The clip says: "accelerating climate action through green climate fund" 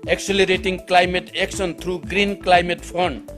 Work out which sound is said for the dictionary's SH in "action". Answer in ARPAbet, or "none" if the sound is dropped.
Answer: S